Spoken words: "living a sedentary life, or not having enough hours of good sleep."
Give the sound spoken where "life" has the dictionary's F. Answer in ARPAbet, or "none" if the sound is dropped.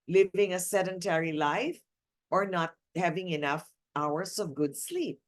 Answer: F